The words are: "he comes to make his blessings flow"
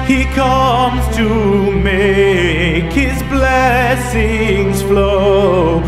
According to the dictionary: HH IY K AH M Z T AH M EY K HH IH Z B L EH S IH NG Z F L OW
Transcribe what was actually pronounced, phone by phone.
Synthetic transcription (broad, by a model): HH IY K AH M Z T AH M EY K HH IH Z B L EH S IH NG Z F L OW